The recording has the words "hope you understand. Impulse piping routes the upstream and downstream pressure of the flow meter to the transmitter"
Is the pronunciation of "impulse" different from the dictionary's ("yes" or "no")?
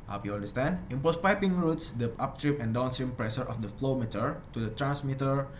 yes